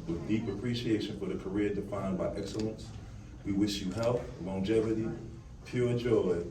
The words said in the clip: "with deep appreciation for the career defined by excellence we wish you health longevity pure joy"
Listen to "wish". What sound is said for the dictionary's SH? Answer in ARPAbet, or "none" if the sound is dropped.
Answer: SH